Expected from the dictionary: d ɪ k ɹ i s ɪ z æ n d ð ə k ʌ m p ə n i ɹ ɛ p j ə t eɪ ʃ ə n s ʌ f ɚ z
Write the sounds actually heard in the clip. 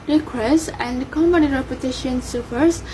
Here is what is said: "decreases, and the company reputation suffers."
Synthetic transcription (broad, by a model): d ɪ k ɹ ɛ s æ n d k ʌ m b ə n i ɹ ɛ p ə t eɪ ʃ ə n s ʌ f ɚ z